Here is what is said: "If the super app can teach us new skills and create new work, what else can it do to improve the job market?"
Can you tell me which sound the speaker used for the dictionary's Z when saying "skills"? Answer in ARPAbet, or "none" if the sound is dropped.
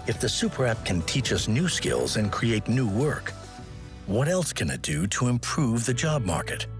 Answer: Z